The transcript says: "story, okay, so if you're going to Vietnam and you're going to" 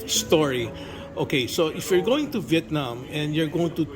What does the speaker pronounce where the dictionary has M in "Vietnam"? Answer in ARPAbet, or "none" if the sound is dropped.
M